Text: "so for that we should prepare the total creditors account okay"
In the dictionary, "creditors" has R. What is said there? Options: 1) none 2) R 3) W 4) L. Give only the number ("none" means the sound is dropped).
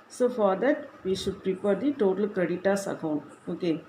1